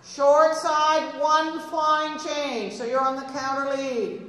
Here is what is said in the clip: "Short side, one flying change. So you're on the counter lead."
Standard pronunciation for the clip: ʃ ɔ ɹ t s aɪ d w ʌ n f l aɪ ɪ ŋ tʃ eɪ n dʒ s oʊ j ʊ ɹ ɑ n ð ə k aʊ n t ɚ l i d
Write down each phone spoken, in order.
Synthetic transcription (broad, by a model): ʃ ɔ ɹ t s aɪ d w ʌ n f aɪ ɪ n tʃ eɪ n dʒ s oʊ j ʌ ɹ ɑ n ð ə k aʊ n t ɚ l i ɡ